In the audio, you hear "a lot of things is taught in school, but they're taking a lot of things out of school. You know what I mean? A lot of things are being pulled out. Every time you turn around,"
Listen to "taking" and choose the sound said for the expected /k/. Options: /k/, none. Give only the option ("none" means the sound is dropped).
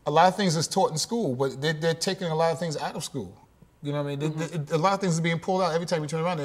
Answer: /k/